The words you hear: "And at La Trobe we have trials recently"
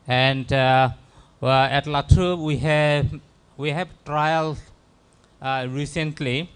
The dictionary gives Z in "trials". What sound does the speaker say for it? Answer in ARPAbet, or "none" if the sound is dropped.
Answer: none